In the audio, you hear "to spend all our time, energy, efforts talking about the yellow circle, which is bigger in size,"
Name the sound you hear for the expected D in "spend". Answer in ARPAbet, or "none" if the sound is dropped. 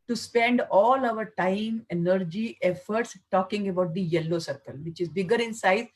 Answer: D